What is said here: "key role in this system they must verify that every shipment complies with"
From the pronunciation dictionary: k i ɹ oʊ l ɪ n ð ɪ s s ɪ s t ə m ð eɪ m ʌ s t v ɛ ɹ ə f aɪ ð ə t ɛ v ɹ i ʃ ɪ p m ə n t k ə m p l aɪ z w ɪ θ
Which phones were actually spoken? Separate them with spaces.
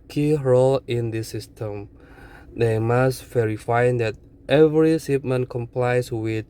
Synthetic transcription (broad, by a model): k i ɹ oʊ l ɪ n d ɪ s s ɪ s t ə m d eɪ m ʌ s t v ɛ ɹ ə f aɪ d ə t ɛ v ɹ i s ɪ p m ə n k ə m p l aɪ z w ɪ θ